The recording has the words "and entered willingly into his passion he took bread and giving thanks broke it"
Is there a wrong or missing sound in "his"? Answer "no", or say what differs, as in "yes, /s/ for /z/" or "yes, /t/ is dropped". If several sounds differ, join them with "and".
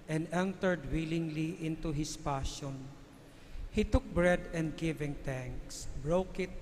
yes, /s/ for /z/